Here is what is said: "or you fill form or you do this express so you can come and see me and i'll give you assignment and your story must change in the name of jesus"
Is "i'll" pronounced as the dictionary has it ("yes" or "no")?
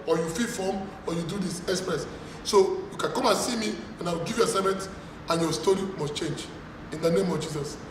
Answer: no